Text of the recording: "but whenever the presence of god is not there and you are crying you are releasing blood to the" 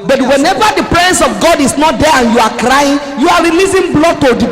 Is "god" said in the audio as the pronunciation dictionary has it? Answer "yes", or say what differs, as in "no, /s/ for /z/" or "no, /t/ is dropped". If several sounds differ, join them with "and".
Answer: yes